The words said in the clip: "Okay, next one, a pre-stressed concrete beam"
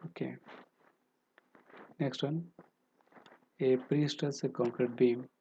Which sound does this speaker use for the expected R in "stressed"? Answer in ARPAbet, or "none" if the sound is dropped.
none